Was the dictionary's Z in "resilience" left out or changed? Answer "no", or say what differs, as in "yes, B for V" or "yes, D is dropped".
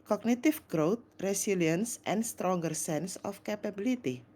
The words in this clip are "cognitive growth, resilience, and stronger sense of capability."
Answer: yes, S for Z